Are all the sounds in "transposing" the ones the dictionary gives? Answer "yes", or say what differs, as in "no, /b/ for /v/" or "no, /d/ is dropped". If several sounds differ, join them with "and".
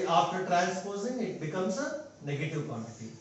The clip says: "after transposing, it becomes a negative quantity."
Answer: no, /l/ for /n/